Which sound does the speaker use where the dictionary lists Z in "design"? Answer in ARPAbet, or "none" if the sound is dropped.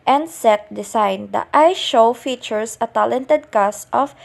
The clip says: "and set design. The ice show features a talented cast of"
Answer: S